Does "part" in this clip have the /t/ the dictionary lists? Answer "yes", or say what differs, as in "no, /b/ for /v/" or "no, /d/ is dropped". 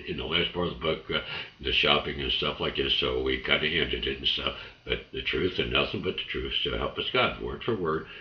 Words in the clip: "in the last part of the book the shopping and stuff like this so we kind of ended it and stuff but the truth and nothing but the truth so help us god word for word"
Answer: no, /t/ is dropped